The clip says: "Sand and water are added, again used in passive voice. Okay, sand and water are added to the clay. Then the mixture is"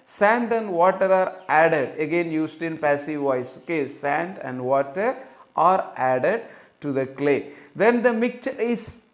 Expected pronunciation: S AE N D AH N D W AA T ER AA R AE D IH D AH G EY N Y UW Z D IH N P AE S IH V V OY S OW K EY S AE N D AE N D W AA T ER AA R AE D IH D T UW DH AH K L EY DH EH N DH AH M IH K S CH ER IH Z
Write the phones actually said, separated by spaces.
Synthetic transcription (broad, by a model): S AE N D AH N D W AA T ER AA R AE D IH D AH G EY N Y UW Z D IH N P AE S IH V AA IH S OW K EY S AE N D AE N D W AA T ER AA R AE D IH D T UW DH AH K L EY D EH N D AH M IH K CH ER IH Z